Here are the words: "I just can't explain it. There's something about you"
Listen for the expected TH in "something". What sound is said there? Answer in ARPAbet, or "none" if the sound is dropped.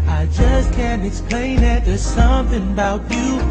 TH